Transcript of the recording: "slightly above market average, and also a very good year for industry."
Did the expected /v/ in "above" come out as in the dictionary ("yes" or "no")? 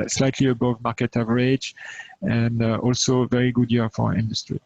yes